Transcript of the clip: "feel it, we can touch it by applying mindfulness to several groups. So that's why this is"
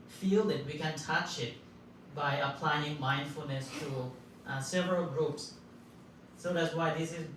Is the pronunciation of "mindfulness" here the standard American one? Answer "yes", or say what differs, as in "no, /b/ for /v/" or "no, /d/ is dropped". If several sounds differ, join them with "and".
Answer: yes